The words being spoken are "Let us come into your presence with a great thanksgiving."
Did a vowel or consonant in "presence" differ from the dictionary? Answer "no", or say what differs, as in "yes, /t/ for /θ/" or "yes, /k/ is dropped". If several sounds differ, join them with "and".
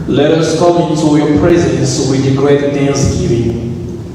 no